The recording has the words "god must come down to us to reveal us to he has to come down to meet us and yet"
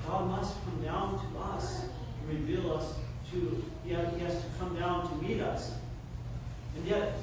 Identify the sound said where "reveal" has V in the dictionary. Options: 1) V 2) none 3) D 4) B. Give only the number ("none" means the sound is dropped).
1